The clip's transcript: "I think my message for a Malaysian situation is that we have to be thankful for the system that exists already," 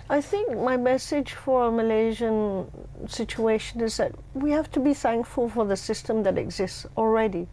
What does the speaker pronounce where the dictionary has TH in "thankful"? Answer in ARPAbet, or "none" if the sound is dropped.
TH